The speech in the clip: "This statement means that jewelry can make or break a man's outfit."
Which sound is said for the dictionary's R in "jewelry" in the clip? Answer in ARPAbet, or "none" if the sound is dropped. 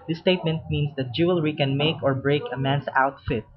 R